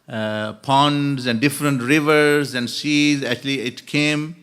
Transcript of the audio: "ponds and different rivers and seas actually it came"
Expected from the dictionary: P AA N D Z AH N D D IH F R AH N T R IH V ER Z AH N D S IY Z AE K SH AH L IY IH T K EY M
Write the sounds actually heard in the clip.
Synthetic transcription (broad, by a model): P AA N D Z AH N D D IH F R AH N T R IH V ER Z AH N D S IY Z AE K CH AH L IY IH T K EY M